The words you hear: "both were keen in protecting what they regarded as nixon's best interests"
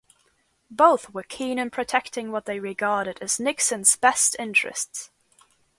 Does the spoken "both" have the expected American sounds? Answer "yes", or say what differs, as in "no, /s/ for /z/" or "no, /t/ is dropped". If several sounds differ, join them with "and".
yes